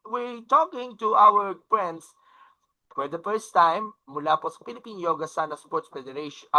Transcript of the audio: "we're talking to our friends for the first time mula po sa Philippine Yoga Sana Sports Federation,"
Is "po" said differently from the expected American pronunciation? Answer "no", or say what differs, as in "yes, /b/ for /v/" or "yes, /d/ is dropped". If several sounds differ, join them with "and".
no